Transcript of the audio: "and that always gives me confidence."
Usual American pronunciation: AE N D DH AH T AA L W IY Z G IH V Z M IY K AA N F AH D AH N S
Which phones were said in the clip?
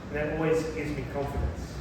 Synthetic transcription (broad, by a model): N DH AH T AA L W IY Z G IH Z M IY K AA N F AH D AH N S